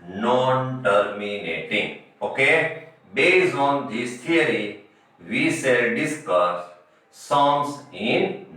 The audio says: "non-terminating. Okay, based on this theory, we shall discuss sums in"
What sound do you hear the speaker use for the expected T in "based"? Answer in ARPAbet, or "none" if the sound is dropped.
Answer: none